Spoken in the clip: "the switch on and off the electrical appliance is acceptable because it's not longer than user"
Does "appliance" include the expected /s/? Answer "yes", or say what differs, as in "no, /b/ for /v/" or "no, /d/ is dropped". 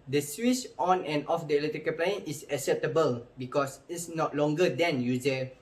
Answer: no, /s/ is dropped